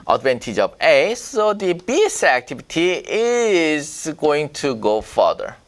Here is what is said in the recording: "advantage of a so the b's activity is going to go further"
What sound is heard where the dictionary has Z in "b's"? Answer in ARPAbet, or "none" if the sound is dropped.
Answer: S